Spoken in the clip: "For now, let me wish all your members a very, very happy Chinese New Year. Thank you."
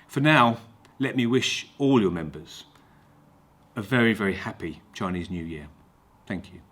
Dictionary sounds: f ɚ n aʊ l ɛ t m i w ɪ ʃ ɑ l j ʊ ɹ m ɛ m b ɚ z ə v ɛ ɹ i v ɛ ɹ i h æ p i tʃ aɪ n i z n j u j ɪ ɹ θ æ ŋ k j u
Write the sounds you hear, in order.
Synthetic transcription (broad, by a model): f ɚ n aʊ l ɛ t m i w ɪ ʃ ɑ l j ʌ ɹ m ɛ m b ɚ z ə v ɛ ɹ i v ɛ ɹ i h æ p i tʃ aɪ n i z n j u j ɪ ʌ θ æ ŋ k j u